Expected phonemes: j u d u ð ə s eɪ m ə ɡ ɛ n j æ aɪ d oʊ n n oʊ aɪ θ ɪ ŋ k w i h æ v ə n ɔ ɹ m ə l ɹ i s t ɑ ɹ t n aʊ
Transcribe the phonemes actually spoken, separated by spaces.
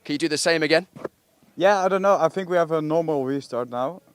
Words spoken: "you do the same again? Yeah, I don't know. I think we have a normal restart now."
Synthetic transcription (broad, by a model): j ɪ d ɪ ð ə s eɪ m ə ɡ ɛ n j æ aɪ d oʊ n n oʊ aɪ θ ɪ ŋ k w i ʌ v ə n ɔ ɹ m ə l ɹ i s t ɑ ɹ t n aʊ